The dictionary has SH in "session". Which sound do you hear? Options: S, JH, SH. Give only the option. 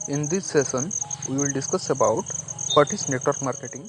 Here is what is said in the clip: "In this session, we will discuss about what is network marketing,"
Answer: S